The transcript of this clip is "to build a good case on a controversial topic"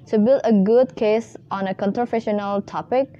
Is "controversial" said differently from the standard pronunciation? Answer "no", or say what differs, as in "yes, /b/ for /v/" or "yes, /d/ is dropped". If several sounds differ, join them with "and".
yes, /f/ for /v/